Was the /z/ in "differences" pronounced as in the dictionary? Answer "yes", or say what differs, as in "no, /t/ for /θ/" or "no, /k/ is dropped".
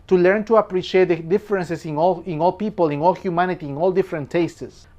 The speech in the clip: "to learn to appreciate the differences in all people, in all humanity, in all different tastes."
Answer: no, /s/ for /z/